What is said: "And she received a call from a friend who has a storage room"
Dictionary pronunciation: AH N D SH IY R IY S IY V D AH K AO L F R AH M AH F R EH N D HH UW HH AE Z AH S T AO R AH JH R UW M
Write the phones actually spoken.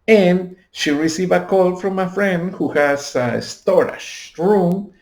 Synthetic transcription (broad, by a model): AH N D SH IY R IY S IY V AH K AO L F R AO M AH F R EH N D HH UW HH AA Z AH S T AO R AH SH R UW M